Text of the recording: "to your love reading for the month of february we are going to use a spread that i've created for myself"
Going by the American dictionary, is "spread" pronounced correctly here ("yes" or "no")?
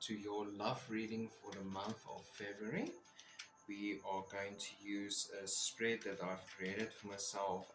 yes